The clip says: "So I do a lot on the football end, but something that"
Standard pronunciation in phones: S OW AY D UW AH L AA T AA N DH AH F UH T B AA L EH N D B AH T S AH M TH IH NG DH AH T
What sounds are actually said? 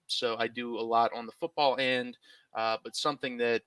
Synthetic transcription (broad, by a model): S OW AY D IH AH L AA T N DH AH F UH T B AA L EH N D B AH T S AH M TH IH NG DH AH T